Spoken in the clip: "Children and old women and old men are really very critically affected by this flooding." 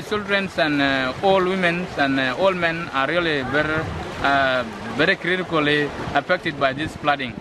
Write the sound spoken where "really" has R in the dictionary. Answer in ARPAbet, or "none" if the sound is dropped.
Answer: L